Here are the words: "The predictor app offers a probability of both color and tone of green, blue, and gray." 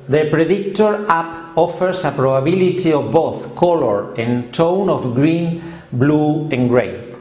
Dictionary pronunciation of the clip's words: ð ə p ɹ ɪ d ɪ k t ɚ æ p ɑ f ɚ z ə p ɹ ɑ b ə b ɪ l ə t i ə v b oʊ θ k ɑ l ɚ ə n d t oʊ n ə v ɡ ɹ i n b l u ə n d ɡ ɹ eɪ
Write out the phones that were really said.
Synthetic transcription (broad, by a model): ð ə p ɹ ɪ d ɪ k t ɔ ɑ p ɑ f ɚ s ə p ɹ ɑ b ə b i l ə t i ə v b oʊ θ k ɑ l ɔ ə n t oʊ n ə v ɡ ɹ i n b l u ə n ɡ ɹ eɪ